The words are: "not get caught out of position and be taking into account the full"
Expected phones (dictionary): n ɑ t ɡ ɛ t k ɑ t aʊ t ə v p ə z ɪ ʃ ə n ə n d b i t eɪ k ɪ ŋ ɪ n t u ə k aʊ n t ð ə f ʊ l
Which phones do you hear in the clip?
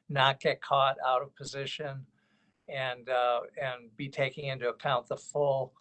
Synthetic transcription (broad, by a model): n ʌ t ɡ ɛ t k ɑ t aʊ t ə v p ə z ɪ ʃ ə n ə n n b i t eɪ k ɪ ŋ ɪ n t u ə k aʊ n ð ə f ʊ l